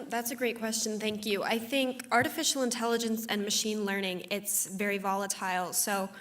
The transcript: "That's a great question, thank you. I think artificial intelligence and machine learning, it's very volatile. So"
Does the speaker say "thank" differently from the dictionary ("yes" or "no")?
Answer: no